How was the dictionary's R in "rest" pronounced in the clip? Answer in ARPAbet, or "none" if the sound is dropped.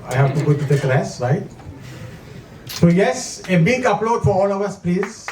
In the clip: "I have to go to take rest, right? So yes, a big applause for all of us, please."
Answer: L